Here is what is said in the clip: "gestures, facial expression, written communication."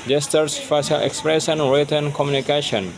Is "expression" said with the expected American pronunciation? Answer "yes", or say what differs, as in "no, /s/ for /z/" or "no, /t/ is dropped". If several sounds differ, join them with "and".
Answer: no, /s/ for /ʃ/